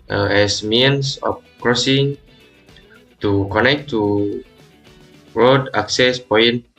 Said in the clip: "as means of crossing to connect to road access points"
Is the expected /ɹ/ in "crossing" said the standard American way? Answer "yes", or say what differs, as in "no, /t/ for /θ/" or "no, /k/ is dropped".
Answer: yes